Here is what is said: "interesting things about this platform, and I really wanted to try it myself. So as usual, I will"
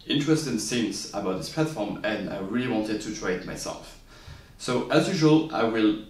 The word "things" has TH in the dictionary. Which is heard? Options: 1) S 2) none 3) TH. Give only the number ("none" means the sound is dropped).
1